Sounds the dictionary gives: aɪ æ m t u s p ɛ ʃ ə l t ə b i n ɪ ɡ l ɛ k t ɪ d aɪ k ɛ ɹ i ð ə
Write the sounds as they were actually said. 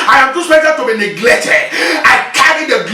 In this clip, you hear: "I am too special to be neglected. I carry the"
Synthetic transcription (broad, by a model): aɪ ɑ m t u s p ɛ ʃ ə t ə b i n ɪ ɡ l ɛ k t ɪ d aɪ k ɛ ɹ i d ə